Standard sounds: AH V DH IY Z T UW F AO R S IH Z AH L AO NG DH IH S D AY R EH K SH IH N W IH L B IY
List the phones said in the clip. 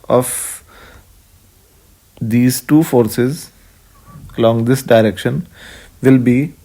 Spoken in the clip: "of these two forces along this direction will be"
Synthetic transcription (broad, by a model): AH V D IY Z T UW F AO R S IH Z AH L AO NG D IH S D AY R EH K SH IH N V IH L B IY